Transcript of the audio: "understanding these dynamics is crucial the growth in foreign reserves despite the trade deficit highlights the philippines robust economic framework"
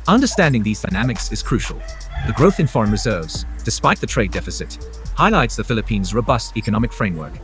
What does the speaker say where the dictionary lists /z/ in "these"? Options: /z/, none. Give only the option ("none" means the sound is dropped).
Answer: /z/